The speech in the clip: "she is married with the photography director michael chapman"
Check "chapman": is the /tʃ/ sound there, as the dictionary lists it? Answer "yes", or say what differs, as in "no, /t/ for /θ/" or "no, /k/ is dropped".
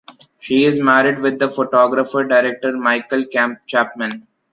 yes